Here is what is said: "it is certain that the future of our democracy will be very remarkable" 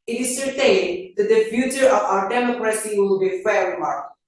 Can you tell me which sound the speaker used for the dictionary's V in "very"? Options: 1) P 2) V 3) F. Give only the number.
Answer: 3